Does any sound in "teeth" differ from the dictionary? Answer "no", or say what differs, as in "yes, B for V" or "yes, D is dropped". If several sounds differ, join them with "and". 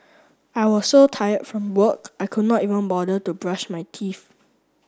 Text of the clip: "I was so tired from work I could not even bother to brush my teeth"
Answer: yes, F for TH